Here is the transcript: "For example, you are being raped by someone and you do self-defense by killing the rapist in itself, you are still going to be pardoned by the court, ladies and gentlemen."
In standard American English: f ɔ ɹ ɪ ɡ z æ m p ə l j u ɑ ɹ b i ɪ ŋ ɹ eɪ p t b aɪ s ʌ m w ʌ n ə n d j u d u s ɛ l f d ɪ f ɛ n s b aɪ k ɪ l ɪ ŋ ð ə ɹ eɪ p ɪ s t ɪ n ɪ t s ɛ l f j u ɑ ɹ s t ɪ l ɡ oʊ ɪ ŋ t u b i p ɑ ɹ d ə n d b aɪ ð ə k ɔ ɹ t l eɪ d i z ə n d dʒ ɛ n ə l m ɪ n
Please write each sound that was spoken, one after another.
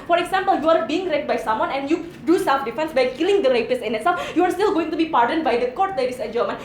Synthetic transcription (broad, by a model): f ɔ ɹ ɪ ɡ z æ m p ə l j u ɑ ɹ b i ɪ ŋ ɹ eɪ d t b aɪ s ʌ m w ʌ n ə n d j u d u s ɛ l f d ɪ f ɛ n s b aɪ k ɪ l ɪ ŋ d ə ɹ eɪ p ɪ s ɪ n ɪ t s ɛ l f j u ɑ ɹ s t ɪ l ɡ oʊ ɪ ŋ t u b i p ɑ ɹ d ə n b aɪ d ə k ɔ ɹ t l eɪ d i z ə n dʒ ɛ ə m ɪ n